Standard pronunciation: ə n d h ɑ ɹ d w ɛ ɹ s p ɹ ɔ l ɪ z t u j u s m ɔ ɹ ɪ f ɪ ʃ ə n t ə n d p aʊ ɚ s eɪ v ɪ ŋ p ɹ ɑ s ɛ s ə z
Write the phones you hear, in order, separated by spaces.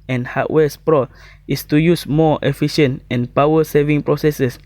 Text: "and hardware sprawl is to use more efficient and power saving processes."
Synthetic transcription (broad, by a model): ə n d h ɑ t w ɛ s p ɹ ɔ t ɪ s t u j u s m ɔ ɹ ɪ f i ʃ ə n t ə n p aʊ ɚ s eɪ v ɪ ŋ p ɹ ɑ s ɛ s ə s